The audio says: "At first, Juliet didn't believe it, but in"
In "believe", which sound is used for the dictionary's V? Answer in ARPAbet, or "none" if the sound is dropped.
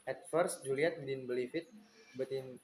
F